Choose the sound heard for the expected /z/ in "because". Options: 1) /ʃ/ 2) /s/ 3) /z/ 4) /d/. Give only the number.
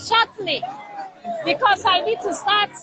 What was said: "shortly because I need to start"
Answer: 2